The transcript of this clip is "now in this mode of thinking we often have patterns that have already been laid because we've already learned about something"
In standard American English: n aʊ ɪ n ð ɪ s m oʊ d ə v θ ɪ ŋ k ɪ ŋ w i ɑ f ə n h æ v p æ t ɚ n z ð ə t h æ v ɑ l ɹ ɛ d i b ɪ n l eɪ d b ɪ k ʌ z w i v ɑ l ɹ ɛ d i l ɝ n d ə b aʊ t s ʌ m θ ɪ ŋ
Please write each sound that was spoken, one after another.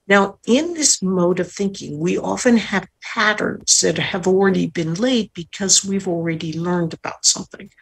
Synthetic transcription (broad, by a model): n aʊ ɪ n ð ɪ s m oʊ d ə v θ ɪ ŋ k ɪ ŋ w i ɑ f ə n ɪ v p æ t ɚ n z ð ə t h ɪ v l ɹ ɛ d i b ɪ n l eɪ d b ɪ k ʌ z w i v l ɹ ɛ d i l ɝ n d ə b aʊ t s ʌ m θ ɪ ŋ